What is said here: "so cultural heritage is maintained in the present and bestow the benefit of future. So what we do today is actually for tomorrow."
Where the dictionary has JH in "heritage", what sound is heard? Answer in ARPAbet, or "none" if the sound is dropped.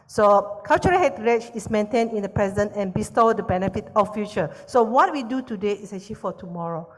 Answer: CH